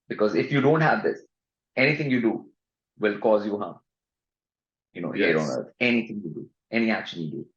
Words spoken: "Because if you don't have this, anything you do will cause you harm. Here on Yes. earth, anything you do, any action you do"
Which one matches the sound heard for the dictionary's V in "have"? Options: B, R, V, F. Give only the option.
V